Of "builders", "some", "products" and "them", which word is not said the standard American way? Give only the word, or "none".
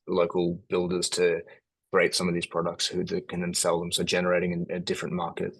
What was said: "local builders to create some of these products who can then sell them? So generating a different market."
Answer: none